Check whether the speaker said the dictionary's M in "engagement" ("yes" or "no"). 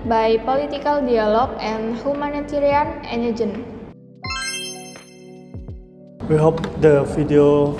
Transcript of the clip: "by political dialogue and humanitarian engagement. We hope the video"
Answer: no